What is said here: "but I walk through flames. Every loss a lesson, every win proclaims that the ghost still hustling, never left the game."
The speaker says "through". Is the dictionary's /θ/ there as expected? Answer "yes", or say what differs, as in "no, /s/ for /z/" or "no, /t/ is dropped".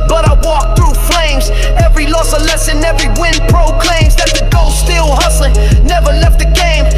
yes